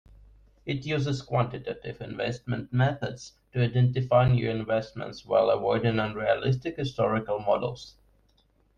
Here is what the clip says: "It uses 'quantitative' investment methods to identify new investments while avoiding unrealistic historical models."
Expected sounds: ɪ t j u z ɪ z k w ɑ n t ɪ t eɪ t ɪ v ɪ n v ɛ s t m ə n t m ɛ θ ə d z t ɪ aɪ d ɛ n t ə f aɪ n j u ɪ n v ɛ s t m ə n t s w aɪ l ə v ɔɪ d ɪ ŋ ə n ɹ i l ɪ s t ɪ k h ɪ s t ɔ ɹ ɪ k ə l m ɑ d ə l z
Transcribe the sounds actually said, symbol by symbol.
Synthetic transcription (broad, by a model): ɪ t j u z ɪ z k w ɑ n t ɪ t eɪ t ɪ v ɪ n v ɛ s t m ə n t m ɛ θ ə d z t ɪ aɪ d ɛ n t ə f aɪ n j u ɪ n v ɛ s t m ə n t s w aɪ l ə w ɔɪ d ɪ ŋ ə n ɹ i l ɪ s t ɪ k h ɪ s t ɔ ɹ ɪ k ə l m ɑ d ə l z